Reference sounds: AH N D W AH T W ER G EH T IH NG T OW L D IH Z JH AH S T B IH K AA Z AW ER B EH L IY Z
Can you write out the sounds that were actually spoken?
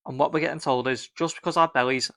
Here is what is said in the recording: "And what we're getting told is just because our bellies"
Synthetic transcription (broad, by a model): AH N W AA T W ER G EH T IH NG T OW L D IH Z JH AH S B IH K AA Z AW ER B EH L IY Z